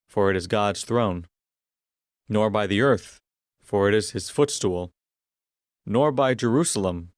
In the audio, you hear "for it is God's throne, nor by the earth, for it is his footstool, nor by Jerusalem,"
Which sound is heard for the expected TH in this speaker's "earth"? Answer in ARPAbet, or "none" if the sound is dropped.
TH